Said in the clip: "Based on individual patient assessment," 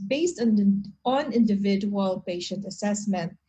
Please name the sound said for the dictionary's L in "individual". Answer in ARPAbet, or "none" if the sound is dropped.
L